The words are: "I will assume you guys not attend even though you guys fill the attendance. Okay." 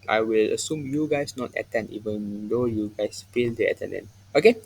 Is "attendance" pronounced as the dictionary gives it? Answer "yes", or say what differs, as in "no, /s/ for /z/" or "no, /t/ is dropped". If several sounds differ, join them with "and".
no, /s/ is dropped